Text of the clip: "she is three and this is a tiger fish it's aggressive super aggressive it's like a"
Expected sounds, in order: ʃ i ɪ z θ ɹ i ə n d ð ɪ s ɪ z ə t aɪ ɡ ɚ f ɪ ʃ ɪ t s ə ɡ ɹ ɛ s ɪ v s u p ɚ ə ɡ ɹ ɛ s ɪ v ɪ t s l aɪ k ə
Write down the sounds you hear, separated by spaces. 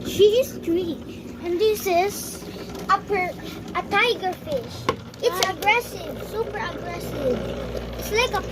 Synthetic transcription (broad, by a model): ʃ i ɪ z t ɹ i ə n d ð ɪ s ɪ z ə t aɪ ɡ ɚ f ɪ ʃ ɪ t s ə ɡ ɹ ɛ s ɪ v s u p ɚ ə ɡ ɹ ɛ s ɪ v ɪ t s l aɪ k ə